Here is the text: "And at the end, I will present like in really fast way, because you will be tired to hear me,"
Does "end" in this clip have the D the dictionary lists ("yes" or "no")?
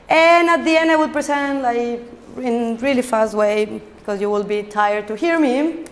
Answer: yes